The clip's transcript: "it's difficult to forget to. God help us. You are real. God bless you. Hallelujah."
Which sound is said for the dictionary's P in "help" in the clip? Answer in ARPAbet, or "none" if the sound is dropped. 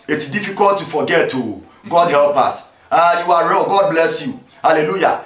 P